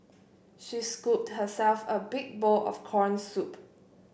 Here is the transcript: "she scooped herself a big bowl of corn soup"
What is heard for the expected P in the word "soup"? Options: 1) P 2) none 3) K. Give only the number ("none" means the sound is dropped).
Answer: 1